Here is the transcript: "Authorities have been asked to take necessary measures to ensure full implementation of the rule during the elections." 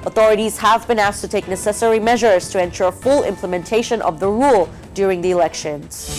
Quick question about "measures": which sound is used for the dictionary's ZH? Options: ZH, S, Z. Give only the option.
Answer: ZH